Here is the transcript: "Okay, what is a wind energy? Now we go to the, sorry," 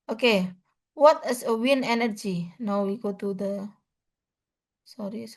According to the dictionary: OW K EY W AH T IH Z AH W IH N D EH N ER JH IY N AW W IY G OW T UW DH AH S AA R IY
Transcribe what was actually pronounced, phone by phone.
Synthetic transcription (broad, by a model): OW K EY W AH T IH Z AH W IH N EH N ER JH IY N AW W IY G OW T UW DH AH S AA R IY